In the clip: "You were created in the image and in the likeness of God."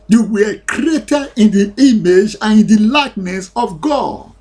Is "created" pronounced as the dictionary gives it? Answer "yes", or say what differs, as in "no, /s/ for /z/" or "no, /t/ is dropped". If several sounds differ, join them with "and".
no, /d/ is dropped